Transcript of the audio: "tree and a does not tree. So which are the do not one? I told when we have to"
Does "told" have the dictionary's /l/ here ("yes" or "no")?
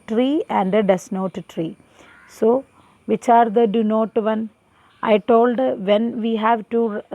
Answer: yes